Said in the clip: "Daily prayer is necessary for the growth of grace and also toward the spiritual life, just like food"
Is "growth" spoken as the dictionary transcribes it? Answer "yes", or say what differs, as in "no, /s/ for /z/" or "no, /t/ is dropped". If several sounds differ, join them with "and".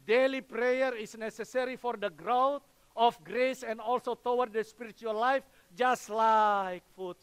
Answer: no, /t/ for /θ/